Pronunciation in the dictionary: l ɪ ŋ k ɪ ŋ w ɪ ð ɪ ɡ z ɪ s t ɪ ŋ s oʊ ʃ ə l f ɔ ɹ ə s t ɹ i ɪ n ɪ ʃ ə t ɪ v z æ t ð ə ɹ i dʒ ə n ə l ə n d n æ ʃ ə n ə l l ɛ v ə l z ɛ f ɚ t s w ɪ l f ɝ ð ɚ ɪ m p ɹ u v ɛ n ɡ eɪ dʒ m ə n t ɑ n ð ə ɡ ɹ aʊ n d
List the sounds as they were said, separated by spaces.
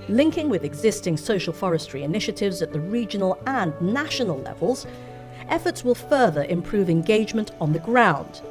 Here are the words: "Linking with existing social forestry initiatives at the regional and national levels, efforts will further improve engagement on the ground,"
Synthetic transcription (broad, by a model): l ɪ ŋ k ɪ ŋ w ɪ ð ɪ ɡ z ɪ s t ɪ ŋ s oʊ ʃ ə l f ɔ ɹ ə s t ɹ i ɪ n ɪ ʃ ə t ɪ v z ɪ t ð ə ɹ i dʒ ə n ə l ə n n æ ʃ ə n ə l l ɛ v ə l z ɛ f ɚ t s w ɪ l f ɝ ð ɚ ɪ m p ɹ u v ɛ n ɡ eɪ dʒ m ə n t n ð ə ɡ ɹ aʊ n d